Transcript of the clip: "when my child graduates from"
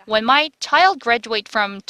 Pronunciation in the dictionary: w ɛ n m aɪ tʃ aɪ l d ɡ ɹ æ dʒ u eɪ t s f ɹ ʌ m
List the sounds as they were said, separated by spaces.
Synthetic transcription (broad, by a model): w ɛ n m aɪ tʃ aɪ l d ɡ ɹ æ dʒ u eɪ t f ɹ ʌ m